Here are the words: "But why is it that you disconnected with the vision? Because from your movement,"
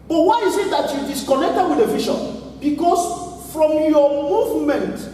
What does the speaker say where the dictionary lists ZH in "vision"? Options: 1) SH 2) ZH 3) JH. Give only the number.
1